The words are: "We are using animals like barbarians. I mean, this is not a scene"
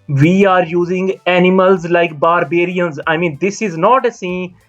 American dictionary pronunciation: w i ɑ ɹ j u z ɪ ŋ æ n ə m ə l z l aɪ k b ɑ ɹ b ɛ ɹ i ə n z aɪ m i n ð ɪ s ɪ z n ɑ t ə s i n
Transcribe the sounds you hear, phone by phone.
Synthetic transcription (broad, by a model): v i ɑ ɹ j u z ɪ ŋ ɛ n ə m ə l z l aɪ k b ɑ ɹ b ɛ ɹ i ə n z aɪ m i n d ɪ s ɪ z n ɑ t ə s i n